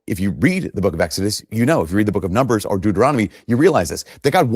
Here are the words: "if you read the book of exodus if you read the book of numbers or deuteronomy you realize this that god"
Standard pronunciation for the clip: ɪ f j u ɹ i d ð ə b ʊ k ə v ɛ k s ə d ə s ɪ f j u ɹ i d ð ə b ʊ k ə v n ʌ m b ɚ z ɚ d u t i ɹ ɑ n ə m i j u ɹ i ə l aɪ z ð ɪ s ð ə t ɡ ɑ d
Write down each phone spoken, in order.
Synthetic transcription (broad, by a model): ɪ f j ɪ ɹ i d ð ə b ʊ k ə v ɛ k s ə d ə s ɪ f j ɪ ɹ i d ð ə b ʊ k ə v n ʌ m b ɚ z ɚ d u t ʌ ɹ ɑ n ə m i j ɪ ɹ i ə l aɪ z ð ɪ s ð ə t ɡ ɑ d